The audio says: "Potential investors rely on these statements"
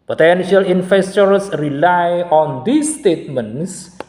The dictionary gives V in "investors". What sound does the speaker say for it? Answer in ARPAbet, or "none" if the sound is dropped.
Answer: F